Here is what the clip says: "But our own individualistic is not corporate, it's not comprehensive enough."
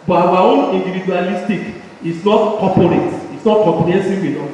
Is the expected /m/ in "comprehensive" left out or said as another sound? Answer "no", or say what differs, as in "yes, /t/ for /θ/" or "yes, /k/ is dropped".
yes, /m/ is dropped